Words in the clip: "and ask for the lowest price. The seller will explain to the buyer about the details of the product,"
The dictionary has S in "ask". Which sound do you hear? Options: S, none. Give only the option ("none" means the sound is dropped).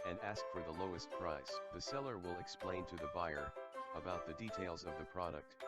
S